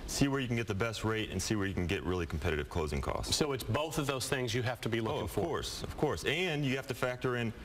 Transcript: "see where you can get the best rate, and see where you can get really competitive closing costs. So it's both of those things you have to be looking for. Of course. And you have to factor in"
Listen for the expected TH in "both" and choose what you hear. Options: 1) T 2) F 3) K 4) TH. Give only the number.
4